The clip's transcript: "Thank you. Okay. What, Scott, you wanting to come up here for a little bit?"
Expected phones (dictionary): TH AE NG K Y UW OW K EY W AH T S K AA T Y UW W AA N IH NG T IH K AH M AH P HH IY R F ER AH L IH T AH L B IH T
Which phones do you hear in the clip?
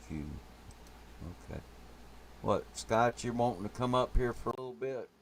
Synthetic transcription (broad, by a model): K Y UW OW K EY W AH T S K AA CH Y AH W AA IH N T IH K AH M AH P HH IY R F ER AH L IH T L B IH T